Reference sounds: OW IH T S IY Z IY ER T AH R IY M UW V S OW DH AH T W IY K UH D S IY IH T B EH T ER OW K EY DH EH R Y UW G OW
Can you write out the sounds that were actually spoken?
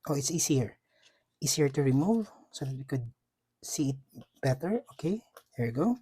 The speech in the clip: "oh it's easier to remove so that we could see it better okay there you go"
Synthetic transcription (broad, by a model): OW IH T S IY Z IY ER T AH R IY M UW V S OW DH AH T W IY K UH D S IY IH T B EH T ER OW K EY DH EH R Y G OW